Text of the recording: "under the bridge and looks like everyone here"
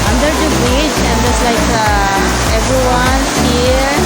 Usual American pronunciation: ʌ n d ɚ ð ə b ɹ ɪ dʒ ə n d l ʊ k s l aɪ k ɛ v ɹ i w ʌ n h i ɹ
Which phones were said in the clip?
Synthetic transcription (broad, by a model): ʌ n d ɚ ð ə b ɛ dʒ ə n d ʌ s l aɪ k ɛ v ɹ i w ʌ n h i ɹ